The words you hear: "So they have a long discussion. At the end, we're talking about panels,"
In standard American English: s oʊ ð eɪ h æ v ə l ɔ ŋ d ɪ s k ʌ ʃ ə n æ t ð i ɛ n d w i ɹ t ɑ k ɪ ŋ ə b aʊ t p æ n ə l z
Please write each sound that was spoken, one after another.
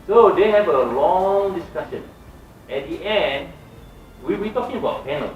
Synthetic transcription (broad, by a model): s oʊ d eɪ h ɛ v ə l ɔ ŋ d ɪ s k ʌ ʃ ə n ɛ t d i ɛ n d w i w t ɑ k ɪ ŋ ə b aʊ t p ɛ n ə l